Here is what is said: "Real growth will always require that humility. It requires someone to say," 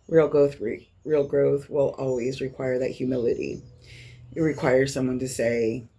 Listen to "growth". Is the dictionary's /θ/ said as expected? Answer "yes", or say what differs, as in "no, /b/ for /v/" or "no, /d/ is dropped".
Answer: yes